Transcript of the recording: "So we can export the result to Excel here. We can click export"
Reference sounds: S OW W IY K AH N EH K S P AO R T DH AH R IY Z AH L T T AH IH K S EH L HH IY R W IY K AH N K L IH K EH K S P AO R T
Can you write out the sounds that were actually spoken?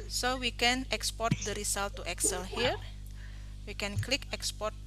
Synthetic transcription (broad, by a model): S OW W IY K AH N EH K S P AO R T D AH R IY S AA L T T AH K S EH L HH IY R W IY K AH N K L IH K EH K S P AO R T